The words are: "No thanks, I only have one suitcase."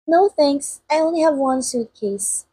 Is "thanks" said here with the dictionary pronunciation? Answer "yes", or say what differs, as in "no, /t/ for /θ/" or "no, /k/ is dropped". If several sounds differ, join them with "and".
no, /k/ is dropped